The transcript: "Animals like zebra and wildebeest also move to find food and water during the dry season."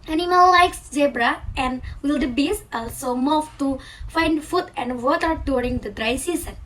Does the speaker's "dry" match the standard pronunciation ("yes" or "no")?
yes